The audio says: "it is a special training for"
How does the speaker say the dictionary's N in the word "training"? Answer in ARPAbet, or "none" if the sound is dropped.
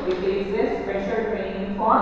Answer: none